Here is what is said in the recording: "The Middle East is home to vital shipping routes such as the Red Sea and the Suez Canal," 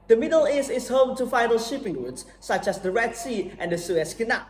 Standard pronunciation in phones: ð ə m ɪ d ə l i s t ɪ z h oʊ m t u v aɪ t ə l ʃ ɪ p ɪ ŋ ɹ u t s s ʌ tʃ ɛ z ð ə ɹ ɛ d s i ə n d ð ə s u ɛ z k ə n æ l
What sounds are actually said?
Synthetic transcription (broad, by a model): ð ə m ɪ d ə l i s ɪ s h oʊ m t u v aɪ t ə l ʃ ɪ p ɪ ŋ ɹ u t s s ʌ tʃ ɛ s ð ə ɹ ɛ d s i ə n d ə s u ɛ s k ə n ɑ